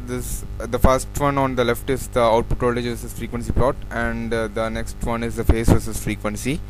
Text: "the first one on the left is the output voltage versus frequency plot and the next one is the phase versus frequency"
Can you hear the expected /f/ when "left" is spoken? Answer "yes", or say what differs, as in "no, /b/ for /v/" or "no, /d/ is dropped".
yes